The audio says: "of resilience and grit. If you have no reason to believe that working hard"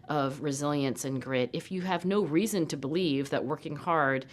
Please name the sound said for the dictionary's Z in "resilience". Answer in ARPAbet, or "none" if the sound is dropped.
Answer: Z